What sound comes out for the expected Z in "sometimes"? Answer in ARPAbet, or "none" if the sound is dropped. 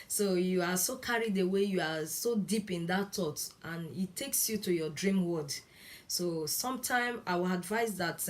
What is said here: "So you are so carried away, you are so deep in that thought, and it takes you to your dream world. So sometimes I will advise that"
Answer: none